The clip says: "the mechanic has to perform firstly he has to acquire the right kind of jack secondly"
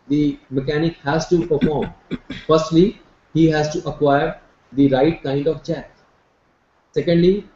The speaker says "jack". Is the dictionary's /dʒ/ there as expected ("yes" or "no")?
no